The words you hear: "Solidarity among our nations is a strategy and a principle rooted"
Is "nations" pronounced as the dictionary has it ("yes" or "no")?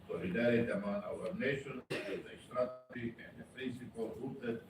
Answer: no